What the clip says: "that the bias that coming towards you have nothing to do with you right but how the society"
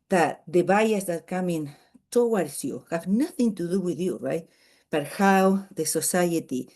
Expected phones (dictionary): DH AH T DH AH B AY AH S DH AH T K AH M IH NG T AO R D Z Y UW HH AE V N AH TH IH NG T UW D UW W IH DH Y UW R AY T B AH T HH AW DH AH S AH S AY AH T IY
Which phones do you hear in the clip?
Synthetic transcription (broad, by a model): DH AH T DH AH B AY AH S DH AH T K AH M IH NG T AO W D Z Y UW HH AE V N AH TH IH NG T UW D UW W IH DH Y UW R AY T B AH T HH AW DH AH S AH S AY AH T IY